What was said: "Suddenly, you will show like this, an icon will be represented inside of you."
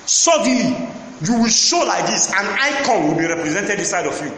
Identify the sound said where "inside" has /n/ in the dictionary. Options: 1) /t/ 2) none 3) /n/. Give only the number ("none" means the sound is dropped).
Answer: 2